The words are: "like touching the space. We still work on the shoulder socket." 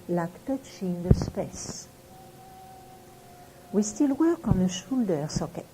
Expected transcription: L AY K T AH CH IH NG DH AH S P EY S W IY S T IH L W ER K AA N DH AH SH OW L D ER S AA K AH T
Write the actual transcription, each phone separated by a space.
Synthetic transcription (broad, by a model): L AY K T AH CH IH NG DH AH S P EY S W IY S T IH L W ER K AA N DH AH SH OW L D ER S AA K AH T